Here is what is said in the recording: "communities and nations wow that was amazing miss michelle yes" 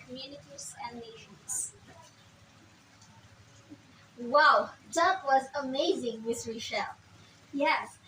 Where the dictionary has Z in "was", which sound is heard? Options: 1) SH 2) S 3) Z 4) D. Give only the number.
3